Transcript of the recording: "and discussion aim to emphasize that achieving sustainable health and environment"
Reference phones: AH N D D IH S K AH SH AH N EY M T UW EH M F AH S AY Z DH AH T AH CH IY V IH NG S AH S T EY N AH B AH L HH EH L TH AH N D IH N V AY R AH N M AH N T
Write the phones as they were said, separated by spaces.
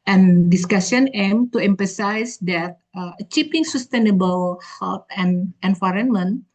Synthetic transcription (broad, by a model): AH N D D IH S K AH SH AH N EY M T UW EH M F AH S AY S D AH T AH CH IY P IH NG S AH S T EY N AH B AH L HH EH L T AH N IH N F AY R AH N M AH N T